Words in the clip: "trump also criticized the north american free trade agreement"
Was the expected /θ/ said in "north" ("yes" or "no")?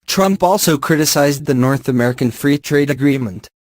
yes